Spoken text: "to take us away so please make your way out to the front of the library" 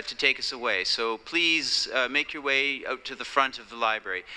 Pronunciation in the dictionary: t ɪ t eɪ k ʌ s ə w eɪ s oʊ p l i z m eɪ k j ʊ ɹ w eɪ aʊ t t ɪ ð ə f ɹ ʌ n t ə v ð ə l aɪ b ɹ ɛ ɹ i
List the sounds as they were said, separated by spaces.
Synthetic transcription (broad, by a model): t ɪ t eɪ k ʌ s ə w eɪ s oʊ p l i z m eɪ k j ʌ ɹ w eɪ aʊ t t ɪ ð ə f ɹ ʌ n t ə v ð ə l aɪ b ɹ ɛ ɹ i